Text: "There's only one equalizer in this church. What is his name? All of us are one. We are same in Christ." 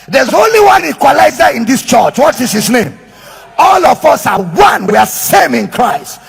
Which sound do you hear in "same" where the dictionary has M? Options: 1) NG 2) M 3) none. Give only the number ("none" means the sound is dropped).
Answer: 2